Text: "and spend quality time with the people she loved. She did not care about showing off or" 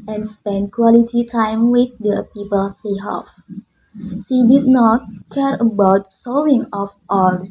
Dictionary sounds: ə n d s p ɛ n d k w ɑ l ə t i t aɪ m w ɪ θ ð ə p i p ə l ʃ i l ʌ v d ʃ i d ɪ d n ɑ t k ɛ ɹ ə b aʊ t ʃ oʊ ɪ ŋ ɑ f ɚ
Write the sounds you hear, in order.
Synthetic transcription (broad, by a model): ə n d s p ɛ n d k w ɑ l ə t i t aɪ m w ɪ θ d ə p i p ə l s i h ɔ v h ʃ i d ɪ d n ɑ t k ɛ ɹ ə b aʊ t s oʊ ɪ ŋ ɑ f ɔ